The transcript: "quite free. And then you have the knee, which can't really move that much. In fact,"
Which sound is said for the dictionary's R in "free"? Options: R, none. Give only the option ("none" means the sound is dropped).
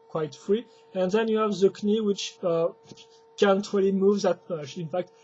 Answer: R